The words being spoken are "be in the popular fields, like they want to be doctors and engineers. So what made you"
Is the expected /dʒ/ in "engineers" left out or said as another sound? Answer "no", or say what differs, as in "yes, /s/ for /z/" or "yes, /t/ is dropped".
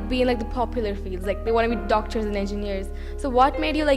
no